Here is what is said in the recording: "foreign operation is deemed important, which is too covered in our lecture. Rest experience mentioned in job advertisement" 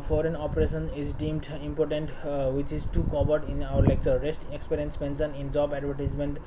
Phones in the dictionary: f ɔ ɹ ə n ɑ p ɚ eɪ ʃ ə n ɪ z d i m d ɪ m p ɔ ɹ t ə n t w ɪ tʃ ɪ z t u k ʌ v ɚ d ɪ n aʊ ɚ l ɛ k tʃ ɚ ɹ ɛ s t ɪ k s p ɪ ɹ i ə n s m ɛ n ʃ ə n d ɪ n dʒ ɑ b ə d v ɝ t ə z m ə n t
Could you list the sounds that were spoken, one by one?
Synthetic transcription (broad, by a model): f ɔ ɹ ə n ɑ p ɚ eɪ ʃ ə n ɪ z d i m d ɪ m p ɔ ɹ t ə n t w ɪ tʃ ɪ z t u k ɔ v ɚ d ɪ n aʊ ɚ l ɛ k tʃ ɚ ɹ ɛ s t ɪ k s p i ɹ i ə n s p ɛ n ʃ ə n ɪ n dʒ ɑ b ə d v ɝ t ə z m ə n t